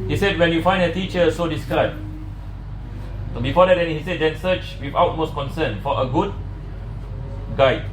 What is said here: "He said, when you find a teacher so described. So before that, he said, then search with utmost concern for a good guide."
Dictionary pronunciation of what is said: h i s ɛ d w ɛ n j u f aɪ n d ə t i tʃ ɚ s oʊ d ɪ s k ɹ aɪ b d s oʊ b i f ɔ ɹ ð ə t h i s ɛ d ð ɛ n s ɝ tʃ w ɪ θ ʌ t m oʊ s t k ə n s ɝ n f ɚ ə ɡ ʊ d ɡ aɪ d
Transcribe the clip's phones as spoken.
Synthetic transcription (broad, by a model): h i s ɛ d w ɛ n j u f aɪ n d ə t i tʃ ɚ s oʊ d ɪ s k aɪ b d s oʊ b i f ɔ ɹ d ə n h i s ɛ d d ɛ n s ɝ tʃ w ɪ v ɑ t m oʊ s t k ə n s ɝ n f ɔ ə ɡ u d ɡ aɪ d